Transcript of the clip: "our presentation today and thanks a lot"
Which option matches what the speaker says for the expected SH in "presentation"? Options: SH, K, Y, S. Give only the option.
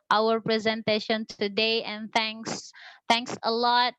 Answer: SH